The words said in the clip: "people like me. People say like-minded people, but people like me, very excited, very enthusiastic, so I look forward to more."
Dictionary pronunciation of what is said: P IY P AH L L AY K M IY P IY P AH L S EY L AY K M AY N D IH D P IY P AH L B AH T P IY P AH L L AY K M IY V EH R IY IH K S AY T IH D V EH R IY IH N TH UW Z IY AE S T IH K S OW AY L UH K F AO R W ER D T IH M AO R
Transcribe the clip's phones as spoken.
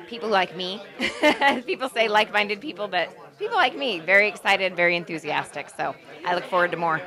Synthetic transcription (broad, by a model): P IY P L L AY K M IY P IY P L S EY L AY K M AY N D IH D P IY P L B AH T P IY P L L AY K M IY V EH R IY IH K S AY T IH D V EH R IY IH N TH UW Z IY AE S T IH K S OW AY L UH K F AO R W ER D T IH M AO R